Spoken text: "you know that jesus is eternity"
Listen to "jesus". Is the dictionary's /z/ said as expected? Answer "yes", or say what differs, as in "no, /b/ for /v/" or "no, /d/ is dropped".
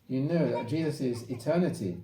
yes